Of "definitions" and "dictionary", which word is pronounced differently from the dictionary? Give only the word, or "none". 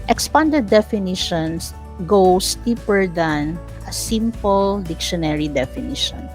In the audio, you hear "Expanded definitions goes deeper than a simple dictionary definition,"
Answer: definitions